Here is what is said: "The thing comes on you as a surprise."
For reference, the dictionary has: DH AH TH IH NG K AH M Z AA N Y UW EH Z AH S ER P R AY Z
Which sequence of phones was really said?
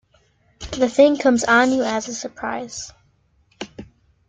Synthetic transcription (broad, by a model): DH AH TH IH NG K AH M Z N Y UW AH Z AH S ER P R AY Z